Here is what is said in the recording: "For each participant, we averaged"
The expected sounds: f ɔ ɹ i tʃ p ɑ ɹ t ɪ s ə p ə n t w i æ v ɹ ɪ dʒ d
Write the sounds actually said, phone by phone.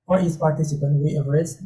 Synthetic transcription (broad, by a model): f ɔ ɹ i s p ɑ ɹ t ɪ s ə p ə n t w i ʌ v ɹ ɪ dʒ